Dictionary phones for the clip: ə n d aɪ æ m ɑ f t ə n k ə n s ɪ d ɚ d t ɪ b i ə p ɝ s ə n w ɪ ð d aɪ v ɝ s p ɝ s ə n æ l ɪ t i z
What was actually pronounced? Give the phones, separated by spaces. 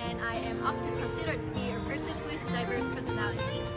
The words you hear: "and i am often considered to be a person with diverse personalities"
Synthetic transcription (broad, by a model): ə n aɪ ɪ m ɑ f t ə n k ə n s ɪ d ɚ d t ɪ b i ə p ɝ s ə n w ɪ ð d aɪ v ɝ s p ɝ s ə n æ l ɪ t i